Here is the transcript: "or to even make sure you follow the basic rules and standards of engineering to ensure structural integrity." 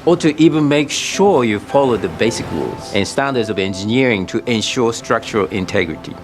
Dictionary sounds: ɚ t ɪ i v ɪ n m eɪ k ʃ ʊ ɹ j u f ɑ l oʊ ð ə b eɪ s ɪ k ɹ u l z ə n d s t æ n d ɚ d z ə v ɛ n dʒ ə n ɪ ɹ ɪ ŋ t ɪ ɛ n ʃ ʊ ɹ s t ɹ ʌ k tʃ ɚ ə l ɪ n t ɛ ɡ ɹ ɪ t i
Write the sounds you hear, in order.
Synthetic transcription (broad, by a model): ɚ t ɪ i v ɪ n m eɪ k ʃ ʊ ɹ j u f ɑ l oʊ ð ə b eɪ s ɪ k ɹ u l z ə n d s t æ n d ɚ d z ə v ɛ n dʒ ə n ɪ ɹ ɪ ŋ t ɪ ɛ n ʃ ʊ ɹ s t ɹ ʌ k tʃ ɚ ə l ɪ n t ɛ ɡ ɹ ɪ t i